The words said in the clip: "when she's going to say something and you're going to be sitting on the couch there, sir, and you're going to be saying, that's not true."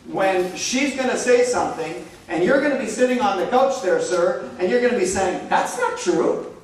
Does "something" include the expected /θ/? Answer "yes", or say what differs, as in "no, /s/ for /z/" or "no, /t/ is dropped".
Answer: yes